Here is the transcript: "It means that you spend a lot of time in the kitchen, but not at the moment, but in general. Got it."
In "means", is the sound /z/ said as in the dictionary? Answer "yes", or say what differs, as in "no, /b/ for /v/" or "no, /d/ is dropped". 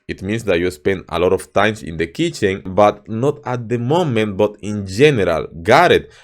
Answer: no, /s/ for /z/